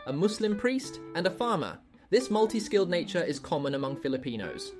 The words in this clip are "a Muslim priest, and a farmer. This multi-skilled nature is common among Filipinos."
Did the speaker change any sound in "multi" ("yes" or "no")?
no